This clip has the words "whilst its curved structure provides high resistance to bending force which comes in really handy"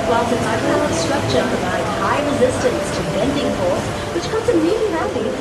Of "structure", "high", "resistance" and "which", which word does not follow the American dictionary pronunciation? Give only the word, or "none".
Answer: none